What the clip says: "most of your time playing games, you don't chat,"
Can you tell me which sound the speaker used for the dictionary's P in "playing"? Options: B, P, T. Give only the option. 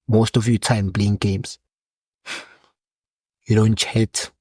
B